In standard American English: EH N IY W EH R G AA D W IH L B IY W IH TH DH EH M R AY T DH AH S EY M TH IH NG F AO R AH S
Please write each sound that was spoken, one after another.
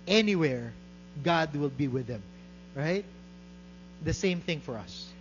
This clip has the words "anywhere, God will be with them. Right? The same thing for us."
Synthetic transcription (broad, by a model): EH N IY W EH R G AA D W IH L B IY W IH DH EH M R AY T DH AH S EY M TH IH NG F AO R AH S